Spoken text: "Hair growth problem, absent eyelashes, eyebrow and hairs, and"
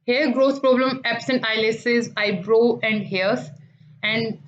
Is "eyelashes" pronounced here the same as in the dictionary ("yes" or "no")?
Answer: no